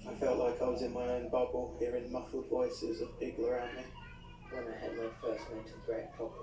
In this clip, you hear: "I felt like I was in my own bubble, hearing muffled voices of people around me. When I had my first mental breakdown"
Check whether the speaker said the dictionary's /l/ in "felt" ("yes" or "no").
yes